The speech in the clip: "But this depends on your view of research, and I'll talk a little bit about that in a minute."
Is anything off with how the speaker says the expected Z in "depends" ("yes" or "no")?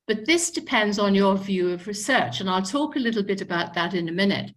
no